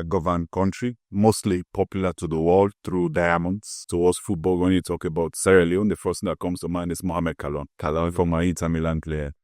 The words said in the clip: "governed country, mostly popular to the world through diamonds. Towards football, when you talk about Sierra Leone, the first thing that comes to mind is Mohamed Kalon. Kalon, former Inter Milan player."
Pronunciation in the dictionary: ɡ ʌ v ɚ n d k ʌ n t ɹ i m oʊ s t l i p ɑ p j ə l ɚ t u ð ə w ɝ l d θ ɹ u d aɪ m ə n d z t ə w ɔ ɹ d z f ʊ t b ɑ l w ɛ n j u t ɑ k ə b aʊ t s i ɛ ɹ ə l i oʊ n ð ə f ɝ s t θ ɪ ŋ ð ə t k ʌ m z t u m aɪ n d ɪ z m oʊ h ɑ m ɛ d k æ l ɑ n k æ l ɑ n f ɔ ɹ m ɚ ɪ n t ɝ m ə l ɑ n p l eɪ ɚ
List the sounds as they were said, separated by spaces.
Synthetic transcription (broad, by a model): ɡ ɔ v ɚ n k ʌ n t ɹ i m oʊ s t l i p ɑ p j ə l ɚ t u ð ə w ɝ l d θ ɹ u d aɪ m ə n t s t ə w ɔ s f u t b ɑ l w ɛ n j u t ɑ k ə b aʊ t s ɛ ɹ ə l i oʊ n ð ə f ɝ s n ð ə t k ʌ m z t u m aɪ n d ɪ s m oʊ h ɑ m ɛ d k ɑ l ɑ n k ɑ l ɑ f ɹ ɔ m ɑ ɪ t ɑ m ə l ɑ n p l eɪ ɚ